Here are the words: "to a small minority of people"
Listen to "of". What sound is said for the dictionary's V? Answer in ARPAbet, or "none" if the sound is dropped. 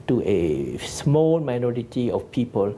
F